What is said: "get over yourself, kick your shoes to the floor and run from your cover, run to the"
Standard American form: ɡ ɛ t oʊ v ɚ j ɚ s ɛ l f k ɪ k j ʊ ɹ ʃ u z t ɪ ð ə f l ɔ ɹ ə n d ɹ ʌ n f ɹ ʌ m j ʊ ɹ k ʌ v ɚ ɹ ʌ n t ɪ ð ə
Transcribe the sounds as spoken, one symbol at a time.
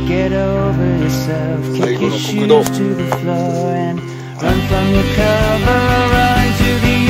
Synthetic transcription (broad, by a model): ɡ ɛ t oʊ v ɚ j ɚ s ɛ l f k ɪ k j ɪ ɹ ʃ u t ɪ ð ə f l ɔ ɹ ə n ɹ ʌ n f ɹ ʌ m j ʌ ɹ k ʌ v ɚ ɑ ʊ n t ɪ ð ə